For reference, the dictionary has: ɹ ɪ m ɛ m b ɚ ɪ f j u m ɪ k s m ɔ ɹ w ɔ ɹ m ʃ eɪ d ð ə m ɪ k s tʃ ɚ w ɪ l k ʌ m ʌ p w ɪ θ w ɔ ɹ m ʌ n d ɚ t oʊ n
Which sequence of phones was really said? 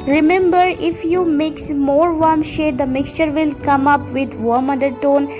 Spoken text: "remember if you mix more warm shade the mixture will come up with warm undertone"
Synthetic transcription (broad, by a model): ɹ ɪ m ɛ m b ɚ ɪ f j u m ɪ k s m ɔ ɹ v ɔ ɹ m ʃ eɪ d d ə m ɪ k s tʃ ɚ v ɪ l k ʌ m ʌ p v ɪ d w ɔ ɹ m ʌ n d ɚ t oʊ n